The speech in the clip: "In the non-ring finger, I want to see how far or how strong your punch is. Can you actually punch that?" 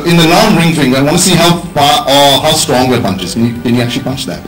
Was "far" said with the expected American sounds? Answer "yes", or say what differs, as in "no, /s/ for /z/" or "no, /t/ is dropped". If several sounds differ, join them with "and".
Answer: no, /p/ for /f/